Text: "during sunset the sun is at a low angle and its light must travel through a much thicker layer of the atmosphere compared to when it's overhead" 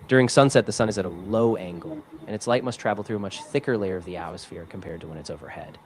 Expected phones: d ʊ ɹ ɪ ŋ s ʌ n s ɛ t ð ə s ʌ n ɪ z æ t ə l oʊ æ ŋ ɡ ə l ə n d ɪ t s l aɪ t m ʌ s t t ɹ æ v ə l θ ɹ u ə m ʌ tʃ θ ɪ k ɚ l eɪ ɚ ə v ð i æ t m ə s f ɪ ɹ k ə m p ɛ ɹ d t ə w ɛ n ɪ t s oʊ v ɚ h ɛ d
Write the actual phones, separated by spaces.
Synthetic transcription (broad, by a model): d ʊ ɹ ɪ ŋ s ʌ n s ɛ t ð ə s ʌ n ɪ z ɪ t ə l oʊ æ ŋ ɡ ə l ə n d ɪ t s l aɪ t m ʌ s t t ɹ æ v l θ ɹ u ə m ʌ tʃ θ ɪ k ɚ l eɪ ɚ ə v ð i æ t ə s f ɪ ɹ k m p ɛ ɹ d t ə w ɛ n ɪ t s oʊ v ɚ h ɛ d